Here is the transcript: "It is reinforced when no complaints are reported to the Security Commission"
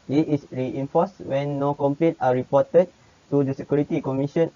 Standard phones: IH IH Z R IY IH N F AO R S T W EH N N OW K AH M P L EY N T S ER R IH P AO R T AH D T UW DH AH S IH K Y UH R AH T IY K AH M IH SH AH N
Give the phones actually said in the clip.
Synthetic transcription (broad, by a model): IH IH S R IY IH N F AO S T W EH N N OW K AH M P L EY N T AA R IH P AO T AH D T UW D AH S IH K Y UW R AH T IY K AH M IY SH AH N